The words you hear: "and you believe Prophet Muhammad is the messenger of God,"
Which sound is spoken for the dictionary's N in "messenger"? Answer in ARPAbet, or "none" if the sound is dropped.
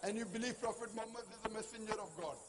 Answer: N